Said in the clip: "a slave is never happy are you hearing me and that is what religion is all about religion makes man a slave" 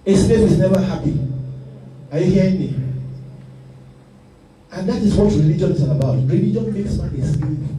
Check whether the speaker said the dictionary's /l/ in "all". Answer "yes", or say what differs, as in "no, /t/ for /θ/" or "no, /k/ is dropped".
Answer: no, /n/ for /l/